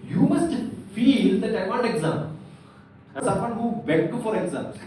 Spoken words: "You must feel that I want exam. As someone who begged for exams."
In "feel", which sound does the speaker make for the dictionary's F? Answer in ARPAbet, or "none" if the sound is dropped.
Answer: F